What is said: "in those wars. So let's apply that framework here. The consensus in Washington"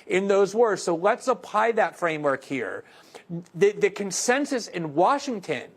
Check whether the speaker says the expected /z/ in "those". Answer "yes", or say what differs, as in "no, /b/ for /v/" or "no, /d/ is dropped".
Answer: yes